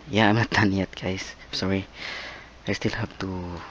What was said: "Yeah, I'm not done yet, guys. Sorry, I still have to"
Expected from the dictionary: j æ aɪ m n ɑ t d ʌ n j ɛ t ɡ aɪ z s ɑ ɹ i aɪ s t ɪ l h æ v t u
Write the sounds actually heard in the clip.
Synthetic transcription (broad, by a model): j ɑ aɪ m n ɑ t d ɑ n j ɛ t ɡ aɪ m s ɑ ɹ i aɪ s t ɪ l h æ p t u